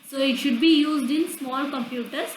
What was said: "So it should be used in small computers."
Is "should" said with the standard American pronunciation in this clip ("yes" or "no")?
yes